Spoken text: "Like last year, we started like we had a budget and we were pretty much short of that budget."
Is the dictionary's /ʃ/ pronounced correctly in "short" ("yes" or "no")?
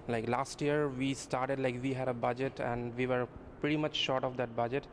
yes